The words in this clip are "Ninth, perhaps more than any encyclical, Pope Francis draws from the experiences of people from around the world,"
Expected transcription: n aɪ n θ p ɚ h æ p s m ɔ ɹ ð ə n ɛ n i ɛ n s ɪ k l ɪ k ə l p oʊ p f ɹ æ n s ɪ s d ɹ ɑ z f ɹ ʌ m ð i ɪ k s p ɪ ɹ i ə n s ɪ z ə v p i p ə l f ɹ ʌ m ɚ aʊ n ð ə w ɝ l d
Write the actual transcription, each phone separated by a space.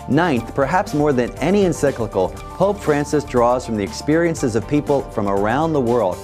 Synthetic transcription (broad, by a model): n aɪ n θ p ɚ h æ p s m ɔ ɹ ð ə n ɛ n i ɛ n s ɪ k l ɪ k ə l p oʊ p f ɹ æ n s ɪ s d ɹ ɑ z f ɹ ʌ m ð i ɪ k s p ɪ ɹ i ə n s ɪ z ə v p i p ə l f ɹ ʌ m ɚ aʊ n ð ə w ɝ l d